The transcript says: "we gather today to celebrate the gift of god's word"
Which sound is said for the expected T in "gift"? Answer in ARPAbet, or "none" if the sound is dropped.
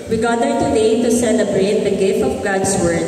T